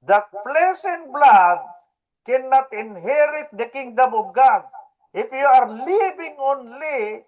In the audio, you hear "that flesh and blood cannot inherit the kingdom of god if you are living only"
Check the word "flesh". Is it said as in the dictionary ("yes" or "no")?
no